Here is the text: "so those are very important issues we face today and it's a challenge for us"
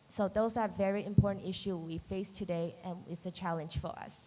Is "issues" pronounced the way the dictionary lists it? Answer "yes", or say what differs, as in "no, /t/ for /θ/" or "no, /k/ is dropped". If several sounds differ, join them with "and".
no, /z/ is dropped